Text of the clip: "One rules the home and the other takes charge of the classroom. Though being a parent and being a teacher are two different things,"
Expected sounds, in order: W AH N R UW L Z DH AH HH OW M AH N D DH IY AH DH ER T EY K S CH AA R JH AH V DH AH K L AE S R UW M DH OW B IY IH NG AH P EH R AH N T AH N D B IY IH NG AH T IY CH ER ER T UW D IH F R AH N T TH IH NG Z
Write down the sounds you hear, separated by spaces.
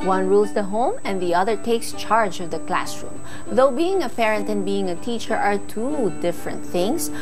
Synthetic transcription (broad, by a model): W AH N R UW L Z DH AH HH OW M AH N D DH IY AH DH ER T EY K S CH AA R JH AH V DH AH K L AE S R UW M DH OW B IY IH NG AH P EH R AH N T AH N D B IY IH NG AH T IY CH ER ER T UW D IH F R AH N T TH IH NG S